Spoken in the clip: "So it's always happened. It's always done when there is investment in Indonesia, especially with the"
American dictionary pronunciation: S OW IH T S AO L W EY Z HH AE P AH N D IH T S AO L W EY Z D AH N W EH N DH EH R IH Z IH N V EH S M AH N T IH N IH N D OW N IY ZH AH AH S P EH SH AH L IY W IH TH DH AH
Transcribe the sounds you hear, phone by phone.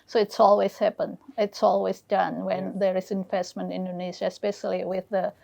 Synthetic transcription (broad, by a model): S OW IH T S AO L W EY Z HH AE P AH N IH T S AO L W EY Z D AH N W EH N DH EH R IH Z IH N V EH S M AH N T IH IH N D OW N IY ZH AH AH S P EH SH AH L IY W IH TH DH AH